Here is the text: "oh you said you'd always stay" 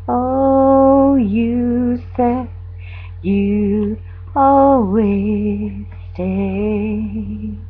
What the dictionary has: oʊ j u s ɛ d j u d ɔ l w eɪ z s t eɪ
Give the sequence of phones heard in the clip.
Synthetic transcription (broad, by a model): oʊ j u s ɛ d j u ɔ l w eɪ z s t eɪ